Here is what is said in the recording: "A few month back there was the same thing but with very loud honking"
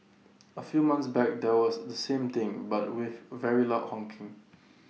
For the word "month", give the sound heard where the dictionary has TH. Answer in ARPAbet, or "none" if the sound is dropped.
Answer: S